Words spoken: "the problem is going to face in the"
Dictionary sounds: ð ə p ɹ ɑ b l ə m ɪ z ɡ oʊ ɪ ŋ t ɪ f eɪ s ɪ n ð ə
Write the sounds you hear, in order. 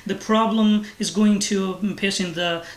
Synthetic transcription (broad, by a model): ð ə p ɹ ɑ b l ə m ɪ z ɡ oʊ ɪ ŋ t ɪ p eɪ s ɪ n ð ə